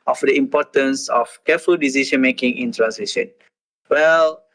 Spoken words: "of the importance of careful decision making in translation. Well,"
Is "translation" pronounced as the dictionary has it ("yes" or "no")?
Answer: no